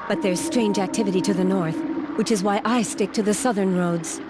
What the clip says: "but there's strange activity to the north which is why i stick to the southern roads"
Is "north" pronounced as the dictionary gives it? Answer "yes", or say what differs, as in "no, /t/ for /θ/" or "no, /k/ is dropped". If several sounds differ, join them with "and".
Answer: yes